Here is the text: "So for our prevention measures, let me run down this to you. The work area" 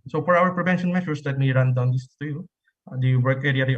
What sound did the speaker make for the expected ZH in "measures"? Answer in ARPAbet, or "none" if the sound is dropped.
SH